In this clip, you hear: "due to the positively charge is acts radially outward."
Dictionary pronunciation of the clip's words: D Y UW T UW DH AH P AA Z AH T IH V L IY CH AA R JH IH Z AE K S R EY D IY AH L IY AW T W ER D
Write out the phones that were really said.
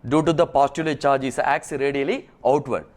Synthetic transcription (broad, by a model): D Y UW T UW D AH P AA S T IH L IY CH AA R JH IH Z AE K S R EY D IY AH L IY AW T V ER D